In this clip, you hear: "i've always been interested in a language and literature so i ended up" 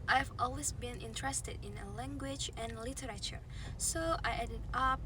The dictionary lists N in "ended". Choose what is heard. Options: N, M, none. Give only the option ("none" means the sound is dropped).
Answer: none